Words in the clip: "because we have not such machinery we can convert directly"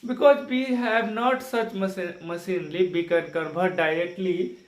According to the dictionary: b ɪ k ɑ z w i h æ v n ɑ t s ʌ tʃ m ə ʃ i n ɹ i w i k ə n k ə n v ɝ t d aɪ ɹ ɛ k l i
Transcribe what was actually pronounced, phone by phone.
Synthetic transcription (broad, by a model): b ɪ k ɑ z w i h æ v n ɑ t s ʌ tʃ m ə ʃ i n l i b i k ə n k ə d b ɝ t d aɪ ɹ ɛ k l i